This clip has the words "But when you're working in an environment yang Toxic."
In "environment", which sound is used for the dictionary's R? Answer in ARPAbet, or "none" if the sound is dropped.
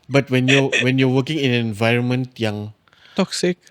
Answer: R